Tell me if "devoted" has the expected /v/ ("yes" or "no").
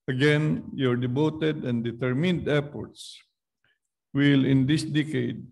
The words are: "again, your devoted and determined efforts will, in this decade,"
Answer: no